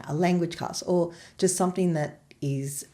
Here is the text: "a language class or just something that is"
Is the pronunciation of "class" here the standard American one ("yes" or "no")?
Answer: no